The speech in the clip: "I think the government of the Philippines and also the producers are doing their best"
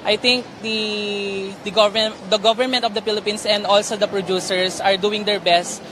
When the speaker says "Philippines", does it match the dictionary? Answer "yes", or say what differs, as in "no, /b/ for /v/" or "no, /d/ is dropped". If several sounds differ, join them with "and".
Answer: no, /s/ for /z/